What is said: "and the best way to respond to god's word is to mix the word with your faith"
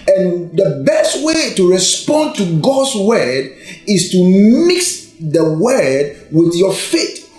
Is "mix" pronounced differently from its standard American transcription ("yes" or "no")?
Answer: no